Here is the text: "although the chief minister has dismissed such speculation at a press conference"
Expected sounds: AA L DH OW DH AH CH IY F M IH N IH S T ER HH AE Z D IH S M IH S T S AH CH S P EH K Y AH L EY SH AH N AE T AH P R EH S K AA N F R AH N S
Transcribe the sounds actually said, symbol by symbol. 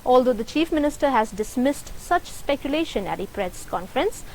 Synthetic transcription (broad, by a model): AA L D OW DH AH CH IY F M IH N IH S T ER HH AE Z D IH S M IH S T S AH CH S P EH K Y AH L EY SH AH N AE T AH P R EH S K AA N F R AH N S